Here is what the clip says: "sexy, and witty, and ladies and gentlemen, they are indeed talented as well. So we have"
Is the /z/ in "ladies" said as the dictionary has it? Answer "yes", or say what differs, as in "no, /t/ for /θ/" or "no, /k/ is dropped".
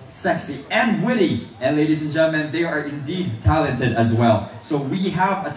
yes